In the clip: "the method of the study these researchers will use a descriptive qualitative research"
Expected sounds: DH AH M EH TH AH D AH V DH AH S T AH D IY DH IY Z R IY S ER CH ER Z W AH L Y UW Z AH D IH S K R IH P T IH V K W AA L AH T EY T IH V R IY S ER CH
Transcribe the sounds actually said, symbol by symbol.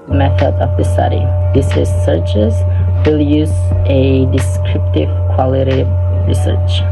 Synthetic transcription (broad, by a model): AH M EH TH AH D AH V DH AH S T AH D IY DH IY S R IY S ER CH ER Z W AH L Y UW Z AH D IH S K R IH P T IH V K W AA L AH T T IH R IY S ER CH